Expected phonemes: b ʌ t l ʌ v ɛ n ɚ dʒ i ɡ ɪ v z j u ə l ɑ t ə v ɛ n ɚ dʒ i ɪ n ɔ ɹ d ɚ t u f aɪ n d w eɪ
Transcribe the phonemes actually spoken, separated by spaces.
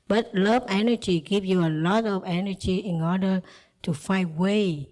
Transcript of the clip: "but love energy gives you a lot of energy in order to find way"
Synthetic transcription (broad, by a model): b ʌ t l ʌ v ɛ n ɚ dʒ i ɡ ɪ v j u ə l ɑ t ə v ɛ n ɚ dʒ i ɪ n ɔ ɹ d ɚ t u f aɪ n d w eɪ